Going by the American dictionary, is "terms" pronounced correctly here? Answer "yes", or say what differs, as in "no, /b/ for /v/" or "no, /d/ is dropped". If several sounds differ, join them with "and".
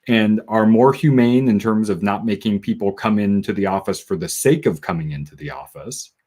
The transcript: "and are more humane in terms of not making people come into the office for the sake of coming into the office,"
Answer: yes